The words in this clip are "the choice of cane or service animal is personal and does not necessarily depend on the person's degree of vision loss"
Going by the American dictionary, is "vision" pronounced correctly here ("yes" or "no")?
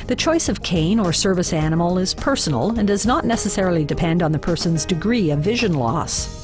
yes